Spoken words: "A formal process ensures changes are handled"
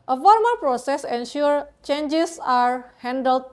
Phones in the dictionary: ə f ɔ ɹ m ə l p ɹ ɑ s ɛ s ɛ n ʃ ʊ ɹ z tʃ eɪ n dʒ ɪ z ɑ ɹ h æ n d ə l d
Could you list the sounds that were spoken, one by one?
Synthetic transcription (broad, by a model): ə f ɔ ɹ m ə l p ɹ ɑ s ɛ s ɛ n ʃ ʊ ɹ tʃ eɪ n dʒ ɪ s ɑ ɹ h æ n d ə l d